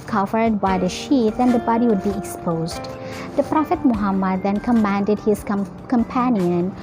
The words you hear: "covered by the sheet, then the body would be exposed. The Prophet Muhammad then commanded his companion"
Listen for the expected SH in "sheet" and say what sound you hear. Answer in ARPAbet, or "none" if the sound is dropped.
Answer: SH